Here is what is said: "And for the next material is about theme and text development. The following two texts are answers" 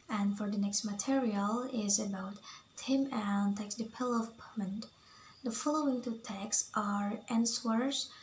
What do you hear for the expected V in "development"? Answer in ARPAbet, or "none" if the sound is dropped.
P